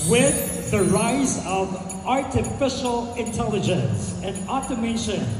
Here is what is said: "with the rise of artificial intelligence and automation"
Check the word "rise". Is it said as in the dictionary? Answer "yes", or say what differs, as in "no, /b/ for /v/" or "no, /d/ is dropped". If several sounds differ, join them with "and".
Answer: yes